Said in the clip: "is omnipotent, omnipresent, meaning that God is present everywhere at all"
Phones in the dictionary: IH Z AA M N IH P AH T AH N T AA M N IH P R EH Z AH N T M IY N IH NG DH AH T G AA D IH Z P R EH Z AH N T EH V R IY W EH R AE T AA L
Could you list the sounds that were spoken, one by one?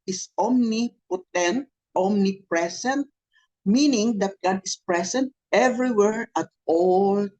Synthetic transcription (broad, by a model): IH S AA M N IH P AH T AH N T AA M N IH P R EH S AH N T M IY N IH NG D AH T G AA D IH S P R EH S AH N T EH V R IY W EH R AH T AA L